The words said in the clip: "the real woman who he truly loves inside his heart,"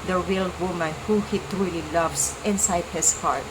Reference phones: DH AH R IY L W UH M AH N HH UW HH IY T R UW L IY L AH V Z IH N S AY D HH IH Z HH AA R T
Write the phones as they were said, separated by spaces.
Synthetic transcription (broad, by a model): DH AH R IY L W UH M AH N HH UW HH IY T R UW L IY L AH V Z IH N S AY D HH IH S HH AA R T